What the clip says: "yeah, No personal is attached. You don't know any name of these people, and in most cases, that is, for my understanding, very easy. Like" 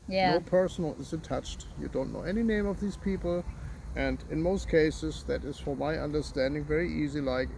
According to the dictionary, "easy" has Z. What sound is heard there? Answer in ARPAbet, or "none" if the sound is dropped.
Z